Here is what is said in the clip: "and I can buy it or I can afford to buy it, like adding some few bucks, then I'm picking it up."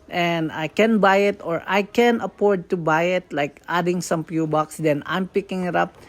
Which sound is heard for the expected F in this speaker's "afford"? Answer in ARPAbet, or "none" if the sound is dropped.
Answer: P